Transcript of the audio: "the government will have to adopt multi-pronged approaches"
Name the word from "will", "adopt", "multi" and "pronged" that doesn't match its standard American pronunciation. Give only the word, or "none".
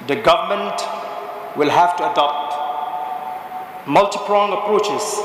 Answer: pronged